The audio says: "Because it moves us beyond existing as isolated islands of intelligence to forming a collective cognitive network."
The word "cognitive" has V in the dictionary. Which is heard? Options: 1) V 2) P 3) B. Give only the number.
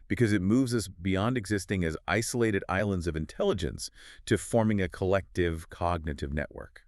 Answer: 1